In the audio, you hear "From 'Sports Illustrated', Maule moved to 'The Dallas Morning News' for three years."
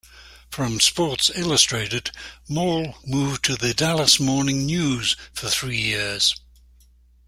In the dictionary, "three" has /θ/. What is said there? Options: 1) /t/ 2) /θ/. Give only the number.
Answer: 2